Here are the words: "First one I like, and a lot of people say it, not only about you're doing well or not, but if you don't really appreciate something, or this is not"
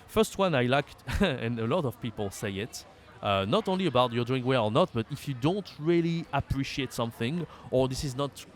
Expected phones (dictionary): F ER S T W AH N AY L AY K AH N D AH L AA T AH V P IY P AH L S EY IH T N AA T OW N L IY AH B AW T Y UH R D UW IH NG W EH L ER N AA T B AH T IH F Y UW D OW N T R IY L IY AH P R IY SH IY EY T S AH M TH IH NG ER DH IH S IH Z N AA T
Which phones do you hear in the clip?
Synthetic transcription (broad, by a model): F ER S T W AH N AY L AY K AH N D AH L AA T AH V P IY P AH L S EY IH T N AA T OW N L IY AH B AW T Y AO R D UW IH NG W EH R ER N AA T B AH T IH F Y UW D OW N T R IY L IY AH P R IY SH IY EY T S AH M TH IH NG ER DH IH S IH Z N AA T